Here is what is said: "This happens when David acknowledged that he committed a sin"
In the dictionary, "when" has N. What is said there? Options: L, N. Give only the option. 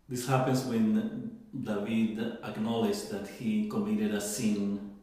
N